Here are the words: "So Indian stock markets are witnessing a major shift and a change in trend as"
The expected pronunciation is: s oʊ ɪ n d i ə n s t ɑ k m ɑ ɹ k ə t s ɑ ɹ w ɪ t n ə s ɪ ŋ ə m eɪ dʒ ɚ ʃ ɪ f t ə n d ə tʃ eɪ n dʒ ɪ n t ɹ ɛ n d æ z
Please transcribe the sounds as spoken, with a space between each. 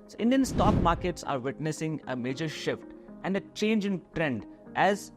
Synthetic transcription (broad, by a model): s ɪ n d i ə n s t ɑ k m ɑ ɹ k ə t s ɑ ɹ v ɪ t n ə s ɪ ŋ ə m eɪ dʒ ɚ ʃ ɪ f t ə n d ə tʃ eɪ n dʒ ɪ n t ɹ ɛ n d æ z